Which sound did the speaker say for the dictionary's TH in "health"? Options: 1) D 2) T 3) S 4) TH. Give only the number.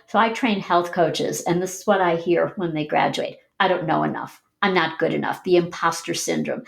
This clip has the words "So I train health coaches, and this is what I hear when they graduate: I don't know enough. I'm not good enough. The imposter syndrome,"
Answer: 4